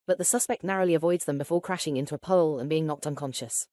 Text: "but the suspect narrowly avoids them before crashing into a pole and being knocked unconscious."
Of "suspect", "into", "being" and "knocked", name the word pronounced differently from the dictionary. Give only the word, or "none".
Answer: none